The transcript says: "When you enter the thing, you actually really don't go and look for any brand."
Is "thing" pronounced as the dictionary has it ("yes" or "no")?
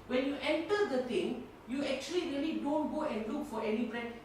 no